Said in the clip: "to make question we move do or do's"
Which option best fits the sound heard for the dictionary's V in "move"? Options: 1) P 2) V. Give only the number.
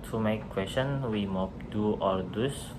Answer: 1